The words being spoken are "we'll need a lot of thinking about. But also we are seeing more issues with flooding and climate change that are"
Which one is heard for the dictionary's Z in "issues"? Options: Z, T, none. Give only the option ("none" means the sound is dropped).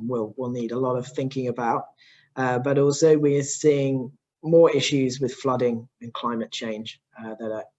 Z